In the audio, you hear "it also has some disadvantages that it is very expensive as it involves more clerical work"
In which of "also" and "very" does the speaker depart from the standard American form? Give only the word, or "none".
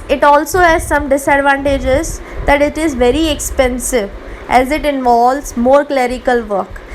none